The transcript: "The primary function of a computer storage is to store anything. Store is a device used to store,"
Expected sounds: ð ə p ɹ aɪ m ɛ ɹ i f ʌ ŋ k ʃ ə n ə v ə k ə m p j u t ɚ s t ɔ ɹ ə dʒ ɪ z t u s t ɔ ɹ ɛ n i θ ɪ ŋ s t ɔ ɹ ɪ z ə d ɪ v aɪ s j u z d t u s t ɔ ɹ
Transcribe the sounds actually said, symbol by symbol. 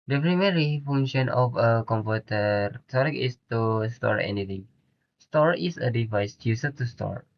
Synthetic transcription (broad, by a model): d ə p ɹ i m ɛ ɹ i f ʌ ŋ ʃ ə n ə f ə k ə m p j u t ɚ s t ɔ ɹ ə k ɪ s t u s t ɔ ɹ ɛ n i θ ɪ ŋ s t ɔ ɹ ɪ s ə d ɪ v aɪ s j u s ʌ t u s t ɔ ɹ